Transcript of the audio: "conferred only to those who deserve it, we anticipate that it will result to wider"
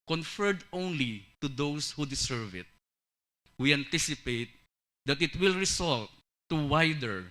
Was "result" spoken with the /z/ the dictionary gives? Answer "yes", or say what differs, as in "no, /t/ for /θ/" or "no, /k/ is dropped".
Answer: no, /s/ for /z/